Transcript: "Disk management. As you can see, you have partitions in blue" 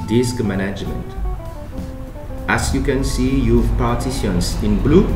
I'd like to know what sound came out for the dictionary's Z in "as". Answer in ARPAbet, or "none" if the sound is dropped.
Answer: S